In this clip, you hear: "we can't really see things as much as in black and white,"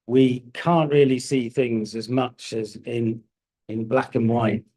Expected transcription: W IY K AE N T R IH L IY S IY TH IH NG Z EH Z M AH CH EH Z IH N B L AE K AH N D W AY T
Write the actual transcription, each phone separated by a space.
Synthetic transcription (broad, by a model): W IY K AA N T R IH L IY S IY TH IH NG Z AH Z M AH CH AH Z IH N B L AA K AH N W AY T